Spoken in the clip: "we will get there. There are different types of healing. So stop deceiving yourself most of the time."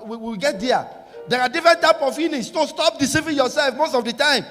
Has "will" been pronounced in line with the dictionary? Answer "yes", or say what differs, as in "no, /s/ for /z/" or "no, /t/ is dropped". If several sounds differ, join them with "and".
no, /w/ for /l/